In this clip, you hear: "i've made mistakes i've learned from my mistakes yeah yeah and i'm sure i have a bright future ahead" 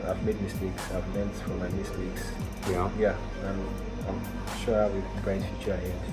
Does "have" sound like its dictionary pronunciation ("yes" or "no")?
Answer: no